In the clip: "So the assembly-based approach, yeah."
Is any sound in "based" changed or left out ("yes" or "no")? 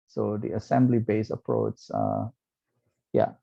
yes